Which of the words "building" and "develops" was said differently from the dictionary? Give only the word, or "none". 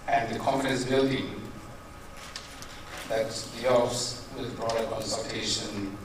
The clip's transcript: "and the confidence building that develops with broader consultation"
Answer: develops